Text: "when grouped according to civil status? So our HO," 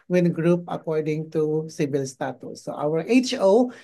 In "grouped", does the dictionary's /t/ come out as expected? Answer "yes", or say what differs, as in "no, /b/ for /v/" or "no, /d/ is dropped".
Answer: no, /t/ is dropped